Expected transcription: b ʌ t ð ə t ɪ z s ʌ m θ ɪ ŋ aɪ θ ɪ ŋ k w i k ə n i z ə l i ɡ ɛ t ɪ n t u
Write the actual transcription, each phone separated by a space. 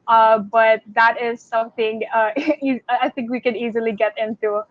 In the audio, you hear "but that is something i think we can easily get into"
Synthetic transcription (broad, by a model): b ʌ t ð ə t ɪ z s ʌ m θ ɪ ŋ aɪ θ ɪ ŋ k w i k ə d i z ə l i ɡ ɛ t ɪ n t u